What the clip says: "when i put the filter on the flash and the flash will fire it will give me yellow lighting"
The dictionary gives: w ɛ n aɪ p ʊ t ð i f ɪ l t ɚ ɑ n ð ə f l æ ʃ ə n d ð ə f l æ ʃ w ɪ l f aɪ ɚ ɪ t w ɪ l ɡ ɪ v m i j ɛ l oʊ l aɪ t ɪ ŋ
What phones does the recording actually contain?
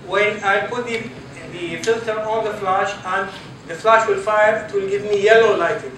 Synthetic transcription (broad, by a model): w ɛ n aɪ p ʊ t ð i f ɪ l t ɚ ɑ n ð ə f l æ ʃ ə n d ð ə f l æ ʃ w ɪ l f aɪ ɚ ɪ t w ɪ l ɡ ɪ v m i j ɛ l oʊ l aɪ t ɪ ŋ